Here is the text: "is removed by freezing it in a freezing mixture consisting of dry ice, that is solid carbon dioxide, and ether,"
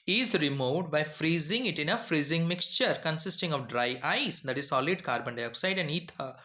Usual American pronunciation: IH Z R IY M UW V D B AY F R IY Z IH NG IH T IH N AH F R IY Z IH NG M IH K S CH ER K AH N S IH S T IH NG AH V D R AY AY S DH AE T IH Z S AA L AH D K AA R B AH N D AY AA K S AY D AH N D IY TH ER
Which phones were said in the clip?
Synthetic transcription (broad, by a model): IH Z R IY M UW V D B AY F R IY Z IH NG IH T IH N AH F R IY Z IH NG M IH K S CH ER K AH N S IH S T IH NG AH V D R AY AY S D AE T IH Z S AA L AH D K AA R B AH N D AY AA K S AY D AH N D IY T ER